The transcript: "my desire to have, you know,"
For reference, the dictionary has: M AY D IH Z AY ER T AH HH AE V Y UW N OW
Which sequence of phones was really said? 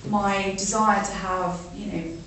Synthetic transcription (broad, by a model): M AY D IH Z AY ER T AH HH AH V Y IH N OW